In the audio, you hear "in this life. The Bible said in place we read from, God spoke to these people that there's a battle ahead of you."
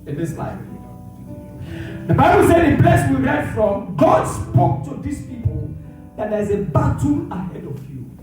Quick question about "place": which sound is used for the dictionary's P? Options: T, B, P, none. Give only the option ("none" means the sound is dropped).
B